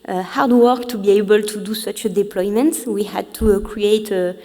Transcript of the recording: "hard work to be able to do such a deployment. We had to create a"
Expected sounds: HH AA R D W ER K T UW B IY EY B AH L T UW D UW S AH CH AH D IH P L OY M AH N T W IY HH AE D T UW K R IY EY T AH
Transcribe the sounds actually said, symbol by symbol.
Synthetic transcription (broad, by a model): HH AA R D W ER K T UW B IY EY B AH L T UW D UW S AH CH D IH P L OY M AH N T W IY HH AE D T UW K R IY EY T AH